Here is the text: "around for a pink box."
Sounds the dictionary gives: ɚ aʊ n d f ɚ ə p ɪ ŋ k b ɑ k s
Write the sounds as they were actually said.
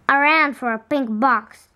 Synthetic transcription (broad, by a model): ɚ aʊ n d f ɚ ə p ɪ ŋ k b ɑ k s